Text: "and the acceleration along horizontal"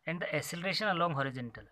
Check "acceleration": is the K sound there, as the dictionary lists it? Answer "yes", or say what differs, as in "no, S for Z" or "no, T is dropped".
no, K is dropped